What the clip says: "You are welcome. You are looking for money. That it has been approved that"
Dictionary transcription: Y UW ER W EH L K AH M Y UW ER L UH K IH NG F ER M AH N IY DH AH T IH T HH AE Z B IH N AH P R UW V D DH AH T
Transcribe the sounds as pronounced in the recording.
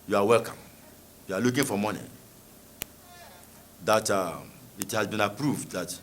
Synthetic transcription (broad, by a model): Y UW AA W EH L K AH M Y UW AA L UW K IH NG F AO M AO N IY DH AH T IH T HH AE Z B IH N AH P R UW V D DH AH T